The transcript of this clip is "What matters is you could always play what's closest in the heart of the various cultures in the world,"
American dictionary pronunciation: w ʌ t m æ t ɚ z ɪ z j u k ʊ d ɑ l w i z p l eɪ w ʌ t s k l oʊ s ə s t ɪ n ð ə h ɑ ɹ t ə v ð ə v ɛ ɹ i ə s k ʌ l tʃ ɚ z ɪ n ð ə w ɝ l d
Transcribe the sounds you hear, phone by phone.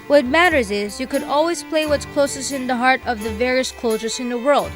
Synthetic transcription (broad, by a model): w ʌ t m æ t ɚ z ɪ z j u k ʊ d ɑ l w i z p l eɪ w ʌ t s k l oʊ s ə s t ɪ n ð ə h ɑ ɹ t ə v ð ə v ɛ ɹ i ə s k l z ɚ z ɪ n ð ə w ɝ l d